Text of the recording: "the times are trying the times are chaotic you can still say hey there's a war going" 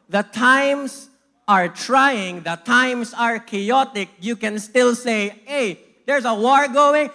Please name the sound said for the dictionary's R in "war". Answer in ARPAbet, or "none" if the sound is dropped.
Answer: R